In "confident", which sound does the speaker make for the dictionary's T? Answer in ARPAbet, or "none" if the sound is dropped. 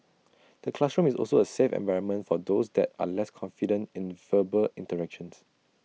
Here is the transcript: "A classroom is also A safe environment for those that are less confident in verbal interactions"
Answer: T